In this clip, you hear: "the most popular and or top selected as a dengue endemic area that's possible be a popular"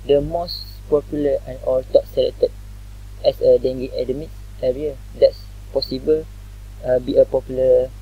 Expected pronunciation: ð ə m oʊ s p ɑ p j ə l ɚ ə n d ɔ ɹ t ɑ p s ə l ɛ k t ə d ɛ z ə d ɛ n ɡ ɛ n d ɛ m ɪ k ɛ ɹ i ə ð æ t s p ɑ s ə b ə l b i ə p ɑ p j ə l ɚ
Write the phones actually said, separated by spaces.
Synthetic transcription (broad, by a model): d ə m oʊ s p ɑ p j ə l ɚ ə n ɔ l t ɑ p s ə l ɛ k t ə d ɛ s ə d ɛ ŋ ɡ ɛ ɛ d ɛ m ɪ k ɛ ɹ i ə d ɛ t s p ɑ s ə b ə l b i ə p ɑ p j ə l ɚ